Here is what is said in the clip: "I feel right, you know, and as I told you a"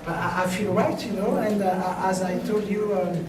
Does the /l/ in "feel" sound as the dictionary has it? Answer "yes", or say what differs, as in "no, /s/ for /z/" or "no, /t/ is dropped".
yes